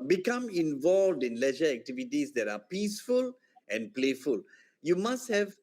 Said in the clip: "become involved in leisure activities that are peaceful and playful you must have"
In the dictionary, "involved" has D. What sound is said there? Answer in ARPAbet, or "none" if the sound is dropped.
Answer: D